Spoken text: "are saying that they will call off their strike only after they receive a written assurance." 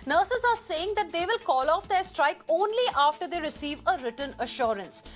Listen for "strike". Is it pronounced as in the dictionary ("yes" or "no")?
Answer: yes